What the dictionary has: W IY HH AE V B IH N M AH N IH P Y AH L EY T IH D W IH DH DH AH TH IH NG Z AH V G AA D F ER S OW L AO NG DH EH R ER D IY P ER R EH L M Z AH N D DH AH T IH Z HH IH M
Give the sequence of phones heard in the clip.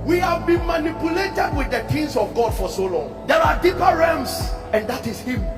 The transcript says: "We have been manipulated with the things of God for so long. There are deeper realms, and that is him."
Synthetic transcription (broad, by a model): W IY HH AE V B IH N M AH N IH P Y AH L EY T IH D W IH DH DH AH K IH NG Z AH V G AA D F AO S OW L AO NG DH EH R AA D IY P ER R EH M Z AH N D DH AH T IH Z HH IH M